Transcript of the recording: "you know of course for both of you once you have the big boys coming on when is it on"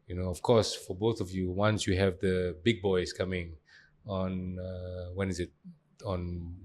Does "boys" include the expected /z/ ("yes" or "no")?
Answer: no